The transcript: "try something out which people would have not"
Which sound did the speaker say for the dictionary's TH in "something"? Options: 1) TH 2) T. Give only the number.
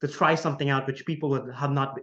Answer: 1